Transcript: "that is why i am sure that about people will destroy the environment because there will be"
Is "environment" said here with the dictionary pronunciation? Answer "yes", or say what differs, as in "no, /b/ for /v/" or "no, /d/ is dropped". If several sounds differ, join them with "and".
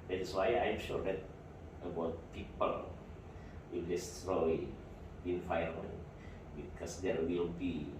no, /f/ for /v/ and /ɹ/ is dropped